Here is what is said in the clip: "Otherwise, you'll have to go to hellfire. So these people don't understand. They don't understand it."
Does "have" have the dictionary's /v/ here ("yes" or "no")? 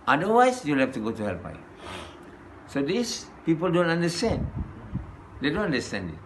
no